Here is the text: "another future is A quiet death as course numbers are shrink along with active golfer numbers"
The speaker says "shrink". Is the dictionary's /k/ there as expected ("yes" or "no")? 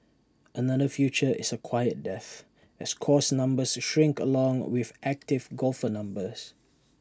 yes